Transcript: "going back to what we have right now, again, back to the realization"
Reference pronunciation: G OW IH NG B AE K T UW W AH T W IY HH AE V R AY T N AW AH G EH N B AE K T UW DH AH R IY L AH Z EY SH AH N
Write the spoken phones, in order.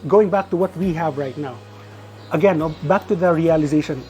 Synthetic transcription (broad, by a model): G OW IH NG B AE K T UW W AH T W IY HH AE V R AY T N AW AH G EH N B AE K T UW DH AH R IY L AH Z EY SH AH N